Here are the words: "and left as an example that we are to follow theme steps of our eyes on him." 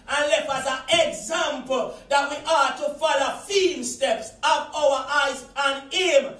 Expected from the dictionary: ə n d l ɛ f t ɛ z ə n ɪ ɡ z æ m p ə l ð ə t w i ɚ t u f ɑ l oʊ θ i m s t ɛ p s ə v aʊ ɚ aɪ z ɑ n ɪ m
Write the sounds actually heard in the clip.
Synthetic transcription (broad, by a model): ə n l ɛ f ɑ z ə n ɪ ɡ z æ m p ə l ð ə t w i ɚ t u f ɑ l oʊ f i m s t ɛ p s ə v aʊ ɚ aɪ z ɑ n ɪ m